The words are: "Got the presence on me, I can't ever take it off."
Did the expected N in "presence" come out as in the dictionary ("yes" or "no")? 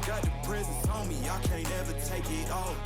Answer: no